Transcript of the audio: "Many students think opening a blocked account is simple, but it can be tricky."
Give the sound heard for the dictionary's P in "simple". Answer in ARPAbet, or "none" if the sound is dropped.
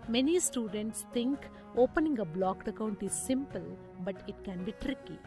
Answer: P